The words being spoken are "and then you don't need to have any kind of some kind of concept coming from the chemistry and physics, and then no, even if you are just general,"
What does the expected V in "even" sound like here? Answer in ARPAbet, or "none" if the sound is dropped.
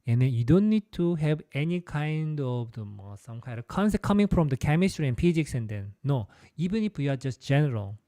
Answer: B